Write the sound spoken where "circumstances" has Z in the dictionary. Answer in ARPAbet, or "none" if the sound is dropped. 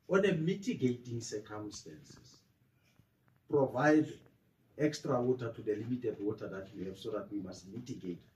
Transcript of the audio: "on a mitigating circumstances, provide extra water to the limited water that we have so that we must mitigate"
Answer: S